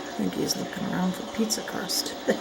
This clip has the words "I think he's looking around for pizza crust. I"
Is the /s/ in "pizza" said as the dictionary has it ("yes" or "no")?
yes